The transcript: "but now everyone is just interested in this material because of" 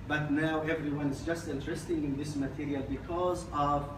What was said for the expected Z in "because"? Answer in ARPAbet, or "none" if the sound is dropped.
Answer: Z